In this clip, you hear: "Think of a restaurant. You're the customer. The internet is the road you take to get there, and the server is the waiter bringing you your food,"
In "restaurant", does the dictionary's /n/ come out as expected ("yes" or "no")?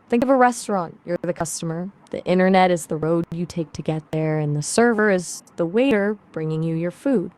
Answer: yes